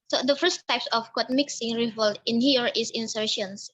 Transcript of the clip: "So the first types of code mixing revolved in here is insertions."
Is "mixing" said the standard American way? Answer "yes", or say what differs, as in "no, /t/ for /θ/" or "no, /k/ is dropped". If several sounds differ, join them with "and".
yes